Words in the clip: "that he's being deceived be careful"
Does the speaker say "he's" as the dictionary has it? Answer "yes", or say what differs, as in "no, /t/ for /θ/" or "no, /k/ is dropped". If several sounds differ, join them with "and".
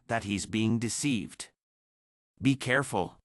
yes